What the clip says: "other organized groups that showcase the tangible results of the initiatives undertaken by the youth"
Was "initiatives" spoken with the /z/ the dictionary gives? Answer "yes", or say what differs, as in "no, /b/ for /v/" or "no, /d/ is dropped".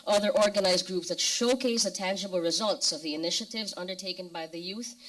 yes